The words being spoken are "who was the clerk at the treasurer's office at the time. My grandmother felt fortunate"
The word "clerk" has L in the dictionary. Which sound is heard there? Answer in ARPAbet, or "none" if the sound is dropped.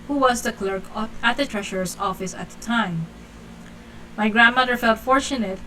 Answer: L